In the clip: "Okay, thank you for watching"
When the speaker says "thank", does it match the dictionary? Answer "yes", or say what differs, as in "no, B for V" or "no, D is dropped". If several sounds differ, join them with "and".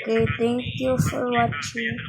no, T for TH